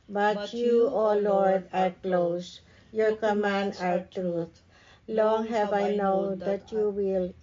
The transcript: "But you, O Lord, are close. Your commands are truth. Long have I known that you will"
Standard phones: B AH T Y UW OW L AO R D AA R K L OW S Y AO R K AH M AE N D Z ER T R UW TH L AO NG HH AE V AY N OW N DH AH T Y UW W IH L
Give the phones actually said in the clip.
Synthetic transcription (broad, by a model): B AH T Y UW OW L AO R D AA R K L OW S Y AO R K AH M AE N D ER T R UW T L AO NG HH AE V AY N OW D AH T Y UW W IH L